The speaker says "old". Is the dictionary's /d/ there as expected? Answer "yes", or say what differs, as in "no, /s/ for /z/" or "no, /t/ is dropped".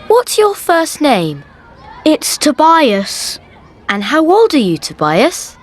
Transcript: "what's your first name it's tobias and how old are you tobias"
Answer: yes